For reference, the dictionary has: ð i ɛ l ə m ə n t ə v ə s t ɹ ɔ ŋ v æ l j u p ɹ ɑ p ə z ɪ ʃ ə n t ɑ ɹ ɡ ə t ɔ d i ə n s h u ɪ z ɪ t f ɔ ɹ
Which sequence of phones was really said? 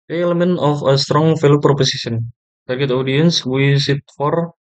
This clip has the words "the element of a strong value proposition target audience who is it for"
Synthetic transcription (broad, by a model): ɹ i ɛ l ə m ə n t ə f ə s t ɹ ɔ ŋ f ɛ l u p ɹ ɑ p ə s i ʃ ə n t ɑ ɹ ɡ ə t ɔ d i ə n s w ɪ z ɪ t f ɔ ɹ